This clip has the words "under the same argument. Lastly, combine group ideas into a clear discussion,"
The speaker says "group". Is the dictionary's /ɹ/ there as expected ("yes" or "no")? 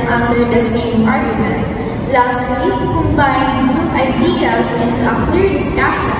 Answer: no